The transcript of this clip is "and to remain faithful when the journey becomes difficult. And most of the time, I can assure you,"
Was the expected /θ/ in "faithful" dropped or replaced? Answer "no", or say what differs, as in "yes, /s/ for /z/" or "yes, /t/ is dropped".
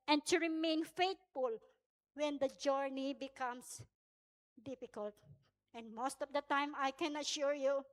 yes, /t/ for /θ/